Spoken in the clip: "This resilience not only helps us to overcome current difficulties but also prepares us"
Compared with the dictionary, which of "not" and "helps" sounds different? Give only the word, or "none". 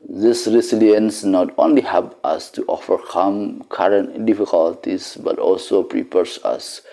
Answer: helps